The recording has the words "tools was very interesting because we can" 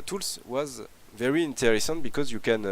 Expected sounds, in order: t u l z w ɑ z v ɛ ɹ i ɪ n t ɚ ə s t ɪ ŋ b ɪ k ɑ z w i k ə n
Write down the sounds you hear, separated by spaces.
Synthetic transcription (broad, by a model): t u l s w ɑ z v ɛ ɹ i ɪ n t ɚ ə s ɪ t b ɪ k ɑ z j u k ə n